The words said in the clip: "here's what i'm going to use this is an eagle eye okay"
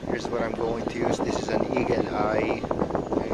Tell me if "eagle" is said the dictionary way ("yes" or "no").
no